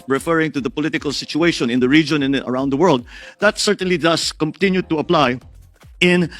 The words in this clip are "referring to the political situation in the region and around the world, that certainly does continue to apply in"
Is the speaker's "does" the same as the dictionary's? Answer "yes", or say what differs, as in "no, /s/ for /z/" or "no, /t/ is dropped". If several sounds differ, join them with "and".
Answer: no, /s/ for /z/